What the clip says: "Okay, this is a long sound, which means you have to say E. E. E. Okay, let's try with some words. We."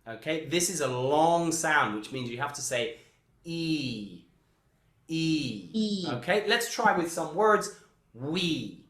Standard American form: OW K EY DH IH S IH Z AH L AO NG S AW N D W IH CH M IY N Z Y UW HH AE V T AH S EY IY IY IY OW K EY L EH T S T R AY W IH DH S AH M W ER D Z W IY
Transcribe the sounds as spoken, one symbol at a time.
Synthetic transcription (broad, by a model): OW K EY DH IH S IH Z AH L AO NG S AW N D W IH CH M IY N Z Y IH HH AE F T AH S EY IY IY IY OW K EY L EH T S T R AY W IH DH S AH M W ER D Z W IY